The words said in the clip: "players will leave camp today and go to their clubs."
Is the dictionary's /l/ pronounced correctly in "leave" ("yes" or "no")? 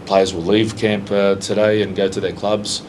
yes